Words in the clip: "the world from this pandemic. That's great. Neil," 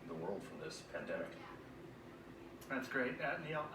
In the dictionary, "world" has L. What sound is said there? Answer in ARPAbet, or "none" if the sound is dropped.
L